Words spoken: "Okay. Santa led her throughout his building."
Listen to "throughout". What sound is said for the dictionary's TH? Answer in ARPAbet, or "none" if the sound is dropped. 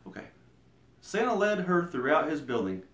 TH